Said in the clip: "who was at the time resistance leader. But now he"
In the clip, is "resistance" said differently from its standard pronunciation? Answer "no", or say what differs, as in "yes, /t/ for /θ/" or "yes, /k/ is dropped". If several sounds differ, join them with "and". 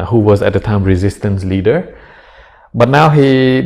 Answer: no